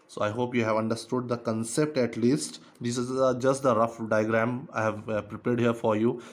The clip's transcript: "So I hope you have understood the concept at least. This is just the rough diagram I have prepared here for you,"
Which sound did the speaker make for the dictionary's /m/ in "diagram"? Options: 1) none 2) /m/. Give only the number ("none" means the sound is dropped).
2